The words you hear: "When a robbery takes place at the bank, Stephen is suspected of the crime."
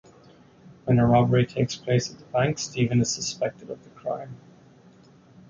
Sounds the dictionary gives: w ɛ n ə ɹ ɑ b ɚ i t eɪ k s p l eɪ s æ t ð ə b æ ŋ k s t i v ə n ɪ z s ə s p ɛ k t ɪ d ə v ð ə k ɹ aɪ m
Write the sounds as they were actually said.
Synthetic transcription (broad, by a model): w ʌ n ə ɹ ɑ b ɚ i t eɪ k s p l eɪ s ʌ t ð ə b æ ŋ k s t i v ə n ɪ z s ə s p ɛ k t ɪ d ə v ð ə k ɹ aɪ m